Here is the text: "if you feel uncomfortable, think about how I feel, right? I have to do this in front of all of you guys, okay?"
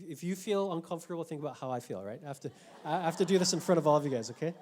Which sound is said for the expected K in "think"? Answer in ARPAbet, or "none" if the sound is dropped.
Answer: none